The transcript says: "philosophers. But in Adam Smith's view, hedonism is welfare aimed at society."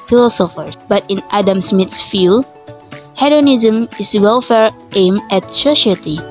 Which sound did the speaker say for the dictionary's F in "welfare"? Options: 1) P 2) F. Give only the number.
2